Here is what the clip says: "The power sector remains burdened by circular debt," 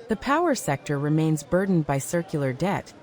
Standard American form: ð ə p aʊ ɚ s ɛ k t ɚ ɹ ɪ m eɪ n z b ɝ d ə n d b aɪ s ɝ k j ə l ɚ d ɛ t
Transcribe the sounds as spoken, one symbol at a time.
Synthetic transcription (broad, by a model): ð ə p aʊ ɚ s ɛ k t ɚ ɹ ɪ m eɪ n z b ɝ d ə n b aɪ s ɝ k j l ɚ d ɛ t